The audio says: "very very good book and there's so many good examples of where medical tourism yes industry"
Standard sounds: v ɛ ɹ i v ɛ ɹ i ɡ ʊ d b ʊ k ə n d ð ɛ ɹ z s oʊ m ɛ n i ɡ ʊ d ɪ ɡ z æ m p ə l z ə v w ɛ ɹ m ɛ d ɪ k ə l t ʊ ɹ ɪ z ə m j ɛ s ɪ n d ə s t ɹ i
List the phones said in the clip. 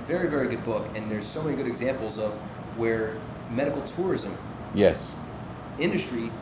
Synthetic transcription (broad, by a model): v ɛ ɹ i v ɛ ɹ i ɡ ʊ d b ʊ k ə n ð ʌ ɹ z s oʊ m ɛ n i ɡ ʊ d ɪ ɡ z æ m p l z ə v w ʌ ɹ m ɛ d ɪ k l t ʊ ɹ ɪ z ə m j ɛ s ɪ n d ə s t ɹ i